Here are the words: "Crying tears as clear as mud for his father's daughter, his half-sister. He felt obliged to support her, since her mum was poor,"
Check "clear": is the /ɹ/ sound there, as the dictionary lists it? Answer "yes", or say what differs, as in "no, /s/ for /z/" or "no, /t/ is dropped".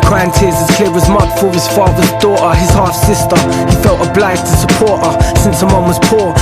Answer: no, /w/ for /ɹ/